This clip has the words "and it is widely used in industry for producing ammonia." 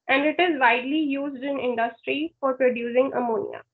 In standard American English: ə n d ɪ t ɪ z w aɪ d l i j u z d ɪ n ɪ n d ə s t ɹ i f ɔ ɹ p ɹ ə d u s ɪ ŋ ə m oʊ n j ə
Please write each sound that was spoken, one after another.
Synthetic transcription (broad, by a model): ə n d ɪ t ɪ z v aɪ d l i j u z d ɪ n ɪ n d ə s t ɹ i f ɔ ɹ p ɹ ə d u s ɪ ŋ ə m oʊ n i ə